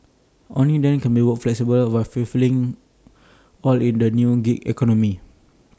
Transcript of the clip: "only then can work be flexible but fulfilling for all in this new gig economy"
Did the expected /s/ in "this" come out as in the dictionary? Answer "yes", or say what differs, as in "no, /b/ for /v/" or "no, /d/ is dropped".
no, /s/ is dropped